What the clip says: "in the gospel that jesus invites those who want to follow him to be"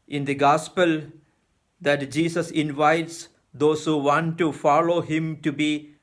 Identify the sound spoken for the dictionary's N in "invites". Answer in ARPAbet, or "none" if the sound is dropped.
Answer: N